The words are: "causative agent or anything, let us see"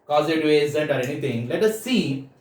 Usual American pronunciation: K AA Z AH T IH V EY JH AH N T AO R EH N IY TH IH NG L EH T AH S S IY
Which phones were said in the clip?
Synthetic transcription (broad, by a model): K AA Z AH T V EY Z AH N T AO R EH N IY T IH NG L EH T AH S S IY